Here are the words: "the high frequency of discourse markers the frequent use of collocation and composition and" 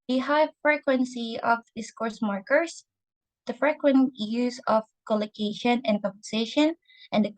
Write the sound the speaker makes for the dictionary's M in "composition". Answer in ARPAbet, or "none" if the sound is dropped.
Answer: none